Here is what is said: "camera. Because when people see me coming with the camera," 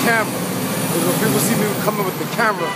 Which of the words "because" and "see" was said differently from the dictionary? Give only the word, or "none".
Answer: because